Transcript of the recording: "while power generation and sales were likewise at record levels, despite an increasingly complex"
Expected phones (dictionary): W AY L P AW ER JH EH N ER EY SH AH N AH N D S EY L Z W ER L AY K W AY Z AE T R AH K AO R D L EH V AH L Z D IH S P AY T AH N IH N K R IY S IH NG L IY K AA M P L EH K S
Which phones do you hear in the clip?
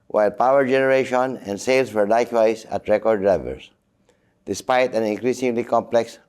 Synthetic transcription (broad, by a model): W AY L P AW ER JH EH N ER EY SH AH N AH N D S EY L S W ER L AY K W AY S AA T R AH K AO R D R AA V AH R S D IH S P AY T AH N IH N K R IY S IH NG L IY K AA M P L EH K S